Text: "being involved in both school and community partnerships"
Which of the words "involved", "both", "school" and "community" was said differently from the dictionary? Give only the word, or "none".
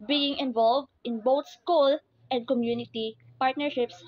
both